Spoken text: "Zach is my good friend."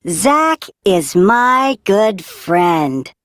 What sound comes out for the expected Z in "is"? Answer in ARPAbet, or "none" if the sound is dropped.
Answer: Z